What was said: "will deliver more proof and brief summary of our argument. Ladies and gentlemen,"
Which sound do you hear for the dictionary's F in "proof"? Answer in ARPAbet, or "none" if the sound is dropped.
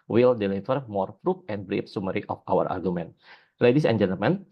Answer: P